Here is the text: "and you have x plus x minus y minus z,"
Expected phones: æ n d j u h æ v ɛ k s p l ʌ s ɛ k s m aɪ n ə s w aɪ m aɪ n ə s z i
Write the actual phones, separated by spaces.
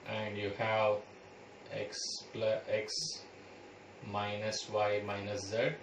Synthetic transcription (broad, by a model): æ n d j u h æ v ɛ k s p l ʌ ɛ k s m aɪ n ə s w aɪ m aɪ n ə s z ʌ